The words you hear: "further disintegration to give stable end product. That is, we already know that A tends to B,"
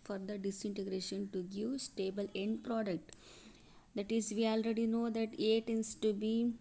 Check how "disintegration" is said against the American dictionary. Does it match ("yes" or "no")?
yes